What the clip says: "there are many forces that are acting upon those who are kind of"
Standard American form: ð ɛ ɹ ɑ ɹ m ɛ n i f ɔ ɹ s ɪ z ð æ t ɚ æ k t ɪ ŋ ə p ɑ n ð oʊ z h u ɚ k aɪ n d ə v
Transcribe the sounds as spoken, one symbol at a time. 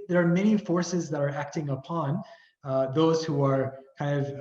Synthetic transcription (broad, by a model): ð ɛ ɹ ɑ ɹ m ɛ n i f ɔ ɹ s ɪ z ð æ t ɚ æ k t ɪ ŋ ə p ɑ n ð oʊ z h u ɚ k aɪ n d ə v